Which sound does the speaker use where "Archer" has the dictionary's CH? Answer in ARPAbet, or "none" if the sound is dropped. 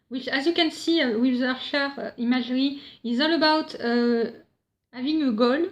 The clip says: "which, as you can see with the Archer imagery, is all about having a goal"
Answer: none